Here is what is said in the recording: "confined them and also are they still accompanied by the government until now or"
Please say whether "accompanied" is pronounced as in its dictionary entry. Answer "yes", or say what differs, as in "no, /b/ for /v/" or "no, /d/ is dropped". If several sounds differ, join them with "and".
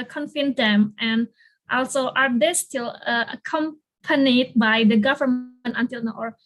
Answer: yes